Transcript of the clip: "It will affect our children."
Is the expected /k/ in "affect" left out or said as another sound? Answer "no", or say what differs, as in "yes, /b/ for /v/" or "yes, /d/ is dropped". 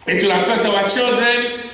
yes, /k/ is dropped